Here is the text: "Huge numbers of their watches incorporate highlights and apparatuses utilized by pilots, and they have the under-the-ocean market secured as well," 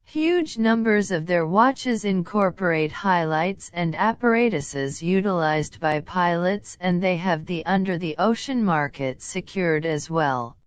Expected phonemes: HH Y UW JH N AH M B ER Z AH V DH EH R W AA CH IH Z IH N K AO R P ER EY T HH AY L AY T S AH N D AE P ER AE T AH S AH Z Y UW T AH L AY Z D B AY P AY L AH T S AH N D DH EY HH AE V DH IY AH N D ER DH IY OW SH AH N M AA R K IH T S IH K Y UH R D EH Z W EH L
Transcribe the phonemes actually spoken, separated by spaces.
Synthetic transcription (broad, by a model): HH Y UW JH N AH M B ER Z AH V DH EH R W AA CH IH Z IH N K AO R P ER EY T HH AY L AY T S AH N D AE P ER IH T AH S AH Z Y UW T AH L AY Z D B AY P AY L AH T S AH N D DH EY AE V DH IY AH N D ER DH IY OW SH AH N M AA R K IH T S IH K Y UH R D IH Z W EH L